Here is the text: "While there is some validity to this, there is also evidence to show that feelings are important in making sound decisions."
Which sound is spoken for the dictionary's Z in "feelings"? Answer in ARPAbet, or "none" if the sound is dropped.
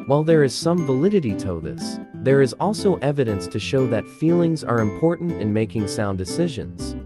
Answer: Z